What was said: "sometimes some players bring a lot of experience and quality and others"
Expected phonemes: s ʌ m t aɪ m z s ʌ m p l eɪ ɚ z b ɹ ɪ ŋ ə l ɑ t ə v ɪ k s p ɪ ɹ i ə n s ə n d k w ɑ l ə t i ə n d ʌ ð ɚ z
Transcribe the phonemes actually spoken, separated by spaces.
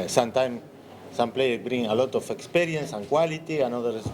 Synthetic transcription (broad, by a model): s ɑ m t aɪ m s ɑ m p l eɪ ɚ b ɹ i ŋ ə l ɑ t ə f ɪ k s p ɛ ɹ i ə n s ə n k w ɑ l ə t i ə n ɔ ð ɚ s